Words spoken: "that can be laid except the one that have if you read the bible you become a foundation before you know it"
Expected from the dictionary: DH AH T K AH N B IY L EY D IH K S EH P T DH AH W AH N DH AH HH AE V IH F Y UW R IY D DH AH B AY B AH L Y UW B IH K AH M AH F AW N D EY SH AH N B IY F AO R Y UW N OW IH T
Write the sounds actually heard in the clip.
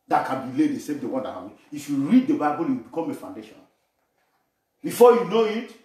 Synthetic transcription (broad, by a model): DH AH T K AH N B IY L EY D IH S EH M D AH W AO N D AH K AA B IH F Y UW R IY D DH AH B AY B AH L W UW B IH K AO M AH F AW N D EY SH AH N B IY F AO Y UW N OW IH T